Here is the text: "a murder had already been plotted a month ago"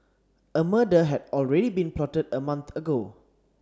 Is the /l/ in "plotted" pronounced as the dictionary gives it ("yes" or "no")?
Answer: yes